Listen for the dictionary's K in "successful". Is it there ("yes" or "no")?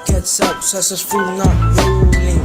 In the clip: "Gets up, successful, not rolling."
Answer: no